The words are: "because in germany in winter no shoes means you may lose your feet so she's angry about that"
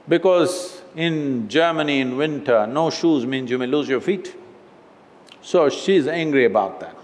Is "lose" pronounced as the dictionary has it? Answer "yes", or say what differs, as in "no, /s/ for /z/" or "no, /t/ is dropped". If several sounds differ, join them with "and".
yes